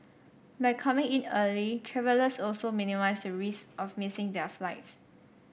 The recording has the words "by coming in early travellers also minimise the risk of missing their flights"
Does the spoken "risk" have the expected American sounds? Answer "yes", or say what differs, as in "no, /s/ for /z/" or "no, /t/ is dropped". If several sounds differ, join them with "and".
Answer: no, /k/ is dropped